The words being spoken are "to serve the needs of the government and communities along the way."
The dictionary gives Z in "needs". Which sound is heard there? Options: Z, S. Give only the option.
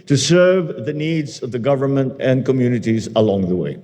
Z